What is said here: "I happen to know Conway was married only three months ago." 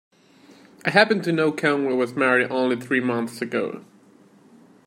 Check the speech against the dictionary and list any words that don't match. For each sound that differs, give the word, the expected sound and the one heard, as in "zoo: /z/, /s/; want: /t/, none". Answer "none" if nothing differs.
none